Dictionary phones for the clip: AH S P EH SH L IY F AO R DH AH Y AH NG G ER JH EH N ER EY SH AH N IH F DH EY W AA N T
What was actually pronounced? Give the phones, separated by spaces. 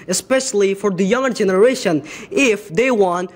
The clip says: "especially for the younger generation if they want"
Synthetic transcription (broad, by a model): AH S P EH SH L IY F AO R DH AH Y AH NG G ER JH EH N ER EY SH AH N IH F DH EY W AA N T